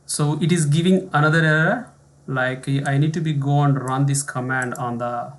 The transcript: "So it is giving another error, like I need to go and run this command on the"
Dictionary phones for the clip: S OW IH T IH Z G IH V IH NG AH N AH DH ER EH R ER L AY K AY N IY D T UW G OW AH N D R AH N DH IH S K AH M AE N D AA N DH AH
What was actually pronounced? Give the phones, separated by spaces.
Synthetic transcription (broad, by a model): S OW IH T IH Z G IH V IH NG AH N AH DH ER R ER L AY K AY N IY D T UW G OW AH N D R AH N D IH S K AH M AE N D AA N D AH